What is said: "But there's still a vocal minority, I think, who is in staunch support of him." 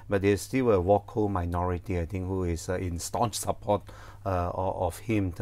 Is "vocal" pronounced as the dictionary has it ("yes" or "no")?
no